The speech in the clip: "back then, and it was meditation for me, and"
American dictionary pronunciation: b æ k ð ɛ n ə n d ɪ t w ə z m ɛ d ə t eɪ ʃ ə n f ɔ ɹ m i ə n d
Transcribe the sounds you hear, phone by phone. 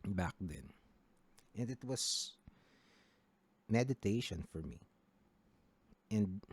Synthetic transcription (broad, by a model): b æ k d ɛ n ə n d ɪ t w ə s m ɛ d ə t eɪ ʃ ə n f ɔ ɹ m i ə n d